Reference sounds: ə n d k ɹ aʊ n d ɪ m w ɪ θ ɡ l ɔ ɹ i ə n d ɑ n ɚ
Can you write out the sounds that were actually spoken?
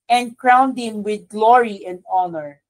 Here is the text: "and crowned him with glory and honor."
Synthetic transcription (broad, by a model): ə n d k ɹ aʊ n d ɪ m w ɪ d ɡ l ɔ ɹ i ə n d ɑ n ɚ